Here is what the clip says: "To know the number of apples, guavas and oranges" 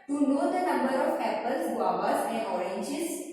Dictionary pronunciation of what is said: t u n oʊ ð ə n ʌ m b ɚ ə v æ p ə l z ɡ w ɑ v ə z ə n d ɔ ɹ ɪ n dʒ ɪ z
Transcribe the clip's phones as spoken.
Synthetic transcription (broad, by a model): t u n oʊ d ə n ʌ m b ɚ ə p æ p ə l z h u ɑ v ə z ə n ɔ ɹ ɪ n dʒ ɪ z